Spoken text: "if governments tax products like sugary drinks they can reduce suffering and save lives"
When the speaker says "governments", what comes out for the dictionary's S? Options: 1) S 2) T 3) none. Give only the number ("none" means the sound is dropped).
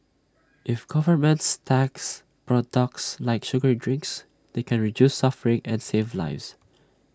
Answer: 1